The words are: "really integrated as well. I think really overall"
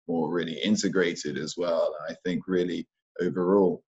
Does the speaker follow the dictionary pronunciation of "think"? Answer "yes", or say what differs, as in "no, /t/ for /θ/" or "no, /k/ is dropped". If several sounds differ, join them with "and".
yes